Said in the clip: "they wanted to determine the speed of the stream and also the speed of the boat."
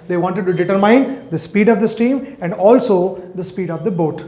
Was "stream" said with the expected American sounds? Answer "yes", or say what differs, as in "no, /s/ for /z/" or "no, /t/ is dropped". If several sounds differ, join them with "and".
no, /ɹ/ is dropped